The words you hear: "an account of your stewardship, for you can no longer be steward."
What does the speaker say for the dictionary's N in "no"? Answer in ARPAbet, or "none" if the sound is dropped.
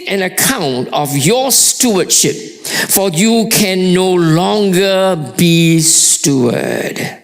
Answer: N